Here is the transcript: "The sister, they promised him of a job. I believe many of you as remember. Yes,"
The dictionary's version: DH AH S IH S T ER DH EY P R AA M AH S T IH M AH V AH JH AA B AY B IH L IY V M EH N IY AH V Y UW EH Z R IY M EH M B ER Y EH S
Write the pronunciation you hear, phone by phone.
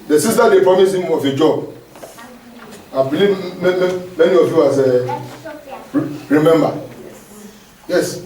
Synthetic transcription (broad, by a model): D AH S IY S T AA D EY P R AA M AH S IH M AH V AH JH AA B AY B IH L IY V M EH N IY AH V Y UW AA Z R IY M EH M B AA Y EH S